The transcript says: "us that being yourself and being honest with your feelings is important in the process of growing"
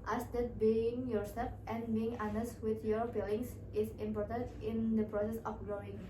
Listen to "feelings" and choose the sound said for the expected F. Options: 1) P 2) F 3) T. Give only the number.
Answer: 1